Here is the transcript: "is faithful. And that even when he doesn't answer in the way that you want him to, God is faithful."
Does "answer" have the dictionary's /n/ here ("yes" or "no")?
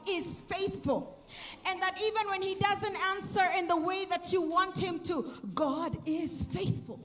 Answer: yes